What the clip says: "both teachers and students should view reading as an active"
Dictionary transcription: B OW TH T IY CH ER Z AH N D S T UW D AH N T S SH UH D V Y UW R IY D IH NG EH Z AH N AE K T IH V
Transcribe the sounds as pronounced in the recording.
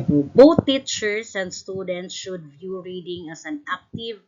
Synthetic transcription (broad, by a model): B OW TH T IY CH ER S AH N D S T UW D AH N T S SH UH D V Y UW R IY D IH NG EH S AH N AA K T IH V